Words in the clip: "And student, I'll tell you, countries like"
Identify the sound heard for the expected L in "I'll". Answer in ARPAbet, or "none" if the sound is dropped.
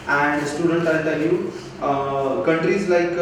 N